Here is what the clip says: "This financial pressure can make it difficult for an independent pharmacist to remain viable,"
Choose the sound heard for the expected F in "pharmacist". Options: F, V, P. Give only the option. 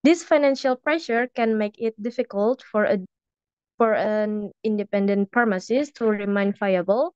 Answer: P